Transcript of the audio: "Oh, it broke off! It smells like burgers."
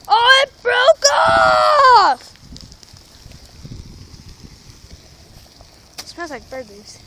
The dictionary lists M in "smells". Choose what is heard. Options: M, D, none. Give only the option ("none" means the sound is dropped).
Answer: none